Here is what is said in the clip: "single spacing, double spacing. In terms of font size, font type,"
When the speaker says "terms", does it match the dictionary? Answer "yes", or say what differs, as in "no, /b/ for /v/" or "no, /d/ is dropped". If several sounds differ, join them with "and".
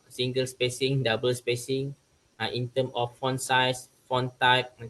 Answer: no, /z/ is dropped